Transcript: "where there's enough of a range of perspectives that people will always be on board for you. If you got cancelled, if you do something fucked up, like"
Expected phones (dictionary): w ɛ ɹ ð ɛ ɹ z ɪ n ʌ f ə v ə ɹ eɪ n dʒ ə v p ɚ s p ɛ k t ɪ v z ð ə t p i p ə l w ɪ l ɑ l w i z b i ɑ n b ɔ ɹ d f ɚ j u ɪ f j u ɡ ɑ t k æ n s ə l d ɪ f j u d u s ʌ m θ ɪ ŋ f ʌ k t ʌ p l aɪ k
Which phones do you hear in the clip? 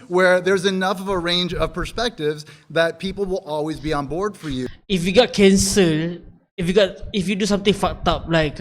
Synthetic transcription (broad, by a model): w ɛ ɹ ð ɛ ɹ z ɪ n ʌ f ə v ə ɹ eɪ n dʒ ə v p ɚ s p ɛ k t ɪ v z ð ə t p i p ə l w ɪ l ɑ l w i z b i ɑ n b ɔ ɹ d f ɚ j u ɪ f j u ɡ ɑ t k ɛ n s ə l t ɪ f j u d u s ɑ m t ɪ ŋ f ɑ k t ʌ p l aɪ k